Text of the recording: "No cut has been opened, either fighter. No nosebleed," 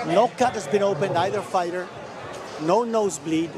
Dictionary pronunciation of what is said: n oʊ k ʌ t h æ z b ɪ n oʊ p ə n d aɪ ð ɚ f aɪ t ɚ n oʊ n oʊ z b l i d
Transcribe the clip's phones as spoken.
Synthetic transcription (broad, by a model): n oʊ k ʌ t h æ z b ɪ n oʊ p ə n d aɪ ð ɚ f aɪ t ɚ n oʊ n oʊ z b l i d